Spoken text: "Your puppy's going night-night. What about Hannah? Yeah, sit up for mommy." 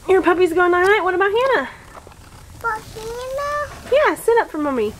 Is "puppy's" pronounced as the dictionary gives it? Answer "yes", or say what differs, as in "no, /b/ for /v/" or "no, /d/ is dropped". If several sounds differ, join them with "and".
yes